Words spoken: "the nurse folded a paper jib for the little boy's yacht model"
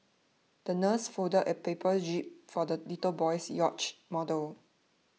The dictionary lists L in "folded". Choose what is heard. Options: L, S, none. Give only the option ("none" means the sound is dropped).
none